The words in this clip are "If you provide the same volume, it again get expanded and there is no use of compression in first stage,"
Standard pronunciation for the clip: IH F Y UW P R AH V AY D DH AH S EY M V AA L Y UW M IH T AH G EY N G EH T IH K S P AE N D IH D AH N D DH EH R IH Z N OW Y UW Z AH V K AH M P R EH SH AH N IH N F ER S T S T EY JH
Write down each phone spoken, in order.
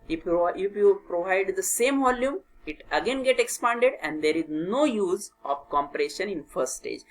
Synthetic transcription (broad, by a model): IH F Y UW P R AH V AY D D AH S EY M V AA L Y UW M IH T AH G EY N G EH T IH K S P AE N D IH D AH N D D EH R IH Z N OW Y UW Z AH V K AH M P R EH SH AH N IH N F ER T S T EY JH